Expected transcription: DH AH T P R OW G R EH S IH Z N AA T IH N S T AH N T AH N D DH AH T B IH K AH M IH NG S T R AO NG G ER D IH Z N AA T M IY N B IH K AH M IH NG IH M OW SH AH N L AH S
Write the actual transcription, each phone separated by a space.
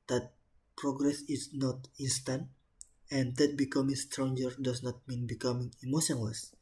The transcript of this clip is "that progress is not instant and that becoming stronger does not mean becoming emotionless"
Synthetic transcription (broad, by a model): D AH T P R OW G R EH S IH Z N AA T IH N S T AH N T AH N D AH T B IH K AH M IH NG S T R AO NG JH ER D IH S N AA T M IY N B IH K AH M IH NG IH M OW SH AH N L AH S